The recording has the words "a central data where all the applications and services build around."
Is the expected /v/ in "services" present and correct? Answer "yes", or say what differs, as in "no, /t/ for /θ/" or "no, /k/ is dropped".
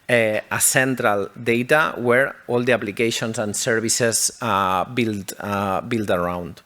no, /b/ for /v/